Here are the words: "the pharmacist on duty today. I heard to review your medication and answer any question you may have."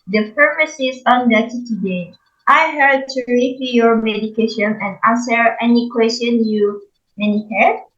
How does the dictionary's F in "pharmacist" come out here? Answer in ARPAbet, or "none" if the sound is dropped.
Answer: P